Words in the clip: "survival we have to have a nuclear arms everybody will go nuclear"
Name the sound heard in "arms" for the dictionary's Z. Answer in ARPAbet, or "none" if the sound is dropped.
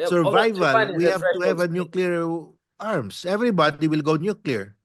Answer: S